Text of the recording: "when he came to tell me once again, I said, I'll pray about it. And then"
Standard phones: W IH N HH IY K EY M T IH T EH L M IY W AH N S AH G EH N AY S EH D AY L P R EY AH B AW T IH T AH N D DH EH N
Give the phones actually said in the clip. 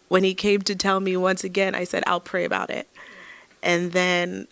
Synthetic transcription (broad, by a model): W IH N IY K EY M T IH T EH L M IY W AH N S AH G EH N AY S EH D AY L P R EY AH B AW T IH T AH N DH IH N